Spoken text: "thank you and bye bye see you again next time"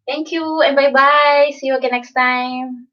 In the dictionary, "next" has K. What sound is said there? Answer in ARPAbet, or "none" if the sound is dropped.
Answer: K